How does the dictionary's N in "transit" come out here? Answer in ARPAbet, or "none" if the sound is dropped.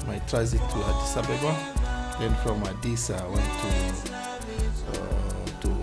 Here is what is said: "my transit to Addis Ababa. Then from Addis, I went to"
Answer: none